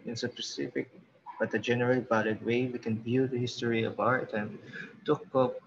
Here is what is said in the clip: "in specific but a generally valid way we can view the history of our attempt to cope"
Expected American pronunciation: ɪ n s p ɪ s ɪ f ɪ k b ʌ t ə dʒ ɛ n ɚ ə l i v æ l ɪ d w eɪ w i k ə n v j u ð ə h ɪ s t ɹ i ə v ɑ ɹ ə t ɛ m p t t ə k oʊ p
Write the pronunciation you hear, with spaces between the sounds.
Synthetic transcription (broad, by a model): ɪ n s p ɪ s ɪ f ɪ k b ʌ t ə dʒ ɛ n ɚ ə l i b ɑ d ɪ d w eɪ w i k ə n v j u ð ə h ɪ s t ɹ i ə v ɑ ɹ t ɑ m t t ə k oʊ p